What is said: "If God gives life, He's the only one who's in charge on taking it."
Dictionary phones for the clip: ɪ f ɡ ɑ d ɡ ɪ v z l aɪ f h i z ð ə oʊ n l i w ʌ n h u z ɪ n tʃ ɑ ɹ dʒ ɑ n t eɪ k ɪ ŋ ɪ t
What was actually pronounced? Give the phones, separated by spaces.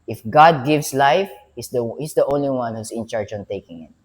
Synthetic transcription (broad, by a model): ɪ f ɡ ɑ d ɡ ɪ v s l aɪ f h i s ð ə oʊ n l i w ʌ n h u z ɪ n tʃ ɑ ɹ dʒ ɑ n t eɪ k ɪ ŋ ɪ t